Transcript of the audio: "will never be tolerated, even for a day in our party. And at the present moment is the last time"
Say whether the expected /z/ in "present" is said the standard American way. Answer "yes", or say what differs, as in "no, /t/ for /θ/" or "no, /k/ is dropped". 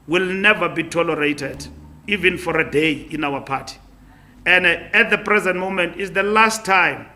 yes